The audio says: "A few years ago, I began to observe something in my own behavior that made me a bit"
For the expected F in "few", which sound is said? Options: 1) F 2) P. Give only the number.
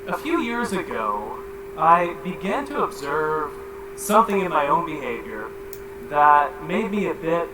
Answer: 1